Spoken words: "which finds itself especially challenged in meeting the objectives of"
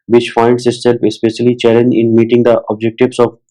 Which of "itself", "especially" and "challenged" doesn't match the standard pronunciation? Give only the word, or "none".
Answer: challenged